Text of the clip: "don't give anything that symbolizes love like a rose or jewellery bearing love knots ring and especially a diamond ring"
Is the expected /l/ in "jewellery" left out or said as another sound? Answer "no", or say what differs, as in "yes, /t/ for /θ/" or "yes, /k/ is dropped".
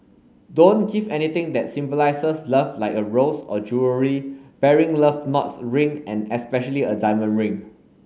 yes, /l/ is dropped